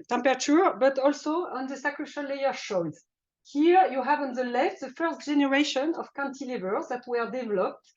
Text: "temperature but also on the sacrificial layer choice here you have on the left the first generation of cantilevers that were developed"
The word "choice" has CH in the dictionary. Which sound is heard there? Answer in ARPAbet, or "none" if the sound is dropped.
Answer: SH